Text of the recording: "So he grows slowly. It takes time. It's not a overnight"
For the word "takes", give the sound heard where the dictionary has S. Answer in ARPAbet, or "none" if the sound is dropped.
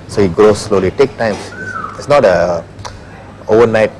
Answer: none